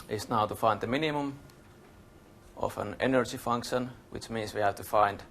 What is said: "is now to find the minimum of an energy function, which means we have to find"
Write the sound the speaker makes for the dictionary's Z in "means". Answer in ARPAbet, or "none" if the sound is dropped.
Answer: S